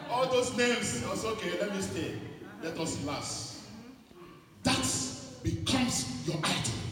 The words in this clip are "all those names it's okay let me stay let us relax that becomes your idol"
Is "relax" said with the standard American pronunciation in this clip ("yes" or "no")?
no